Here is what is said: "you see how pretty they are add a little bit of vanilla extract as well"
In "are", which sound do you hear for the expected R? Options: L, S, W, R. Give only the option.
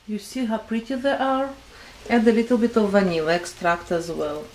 R